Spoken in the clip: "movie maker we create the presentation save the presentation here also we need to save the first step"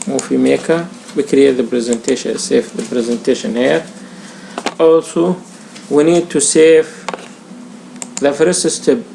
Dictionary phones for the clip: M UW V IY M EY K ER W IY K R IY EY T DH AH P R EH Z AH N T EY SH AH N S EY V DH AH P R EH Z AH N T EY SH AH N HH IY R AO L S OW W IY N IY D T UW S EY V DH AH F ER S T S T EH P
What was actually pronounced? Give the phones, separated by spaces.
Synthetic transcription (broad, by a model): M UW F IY M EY K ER W IY K R IY EY T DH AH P R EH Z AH N T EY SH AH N S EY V DH AH P R EH Z AH N T EY SH AH N HH IY R AO L S OW W IY N IY D T UW S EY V DH AH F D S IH S T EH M